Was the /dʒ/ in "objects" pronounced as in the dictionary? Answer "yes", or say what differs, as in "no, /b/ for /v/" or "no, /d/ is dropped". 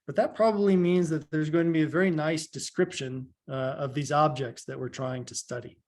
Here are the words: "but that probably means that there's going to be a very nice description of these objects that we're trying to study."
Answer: yes